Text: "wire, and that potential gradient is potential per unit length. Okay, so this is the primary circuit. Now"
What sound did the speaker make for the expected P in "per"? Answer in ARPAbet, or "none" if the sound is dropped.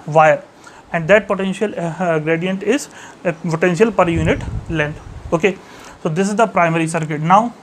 P